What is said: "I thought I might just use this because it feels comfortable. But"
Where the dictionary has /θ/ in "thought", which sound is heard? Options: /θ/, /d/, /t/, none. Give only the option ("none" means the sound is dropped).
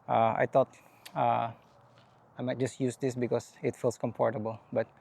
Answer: /t/